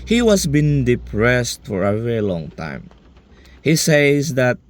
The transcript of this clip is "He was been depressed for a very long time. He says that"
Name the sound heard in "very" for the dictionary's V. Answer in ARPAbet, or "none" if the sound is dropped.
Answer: V